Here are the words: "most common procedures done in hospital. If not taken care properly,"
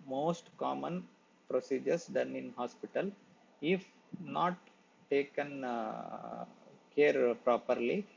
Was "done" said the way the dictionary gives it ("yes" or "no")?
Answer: yes